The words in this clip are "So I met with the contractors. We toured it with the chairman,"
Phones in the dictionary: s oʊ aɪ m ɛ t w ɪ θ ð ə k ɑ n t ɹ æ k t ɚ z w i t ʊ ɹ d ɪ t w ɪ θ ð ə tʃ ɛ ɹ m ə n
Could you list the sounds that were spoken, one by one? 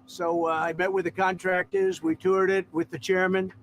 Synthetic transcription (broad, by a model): s oʊ aɪ m ɛ t w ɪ ð ə k ɑ n t ɹ æ k t ɚ z w i t ʊ ɹ d ɪ t w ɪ ð ə tʃ ɛ ɹ m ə n